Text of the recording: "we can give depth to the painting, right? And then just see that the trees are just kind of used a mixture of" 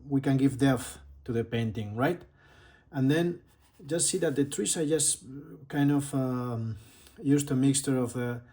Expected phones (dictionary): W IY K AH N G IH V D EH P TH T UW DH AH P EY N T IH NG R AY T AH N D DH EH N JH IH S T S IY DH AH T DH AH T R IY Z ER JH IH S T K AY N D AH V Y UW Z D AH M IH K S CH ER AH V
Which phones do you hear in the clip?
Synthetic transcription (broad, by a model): W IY K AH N G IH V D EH TH T UW DH AH P EY N T IH NG R AY T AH N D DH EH N JH IH S T S IY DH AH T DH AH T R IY S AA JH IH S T K AY N D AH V Y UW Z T AH M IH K S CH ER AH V